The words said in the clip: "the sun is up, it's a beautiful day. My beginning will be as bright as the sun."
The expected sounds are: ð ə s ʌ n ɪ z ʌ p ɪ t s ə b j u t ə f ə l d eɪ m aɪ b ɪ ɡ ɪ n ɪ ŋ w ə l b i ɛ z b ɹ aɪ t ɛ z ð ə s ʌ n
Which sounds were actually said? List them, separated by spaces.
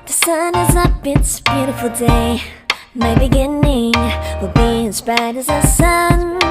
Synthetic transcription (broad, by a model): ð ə s ʌ n ɪ z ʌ b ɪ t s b j u t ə f l d eɪ m aɪ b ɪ ɡ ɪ n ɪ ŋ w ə b i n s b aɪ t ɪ z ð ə s ʌ n